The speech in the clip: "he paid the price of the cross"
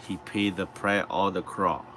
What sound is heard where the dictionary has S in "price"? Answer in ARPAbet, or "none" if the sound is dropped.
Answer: none